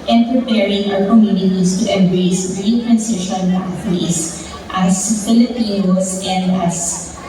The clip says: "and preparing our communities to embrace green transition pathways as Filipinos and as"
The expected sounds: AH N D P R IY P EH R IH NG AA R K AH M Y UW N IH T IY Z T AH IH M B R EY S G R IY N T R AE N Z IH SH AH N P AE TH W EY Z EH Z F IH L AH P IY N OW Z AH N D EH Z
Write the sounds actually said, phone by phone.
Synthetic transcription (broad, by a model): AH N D P R IY P EH R IH NG AA R K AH M Y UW N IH T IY S T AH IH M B R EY S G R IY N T R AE N S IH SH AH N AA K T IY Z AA S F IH L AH P IY N OW S AH N D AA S